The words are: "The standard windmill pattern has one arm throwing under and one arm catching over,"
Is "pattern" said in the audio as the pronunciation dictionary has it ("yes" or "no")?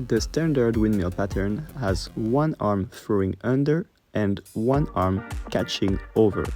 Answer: yes